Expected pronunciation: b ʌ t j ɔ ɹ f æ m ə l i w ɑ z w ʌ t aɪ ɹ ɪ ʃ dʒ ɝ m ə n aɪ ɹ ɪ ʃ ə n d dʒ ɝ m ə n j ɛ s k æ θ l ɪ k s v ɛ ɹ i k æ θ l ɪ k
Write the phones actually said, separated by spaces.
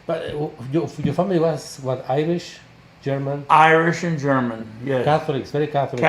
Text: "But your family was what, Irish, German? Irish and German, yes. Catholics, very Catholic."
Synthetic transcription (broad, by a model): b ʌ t j ɔ ɹ f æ m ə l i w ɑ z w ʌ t aɪ ɹ ɪ ʃ dʒ ɝ m ə n aɪ ɹ ɪ ʃ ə n dʒ ɝ m ə n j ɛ k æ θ l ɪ k s v ɛ ɹ i k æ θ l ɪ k